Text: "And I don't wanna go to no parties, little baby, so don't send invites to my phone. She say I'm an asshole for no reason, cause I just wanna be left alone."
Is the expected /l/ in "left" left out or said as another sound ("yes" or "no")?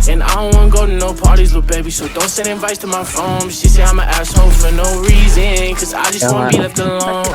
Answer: yes